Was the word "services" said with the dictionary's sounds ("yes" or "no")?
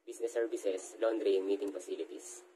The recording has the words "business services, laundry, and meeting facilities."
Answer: no